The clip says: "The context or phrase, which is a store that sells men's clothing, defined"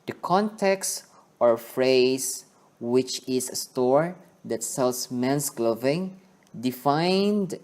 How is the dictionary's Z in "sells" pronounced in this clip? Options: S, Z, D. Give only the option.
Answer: S